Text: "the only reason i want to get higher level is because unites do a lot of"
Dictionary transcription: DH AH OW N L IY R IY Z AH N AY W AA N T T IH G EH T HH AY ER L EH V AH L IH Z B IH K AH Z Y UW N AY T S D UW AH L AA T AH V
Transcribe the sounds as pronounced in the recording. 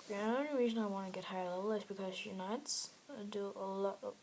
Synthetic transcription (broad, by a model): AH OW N IY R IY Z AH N AY W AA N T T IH G EH T HH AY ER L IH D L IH S B IH K AH Z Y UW N AY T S D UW AH L AA T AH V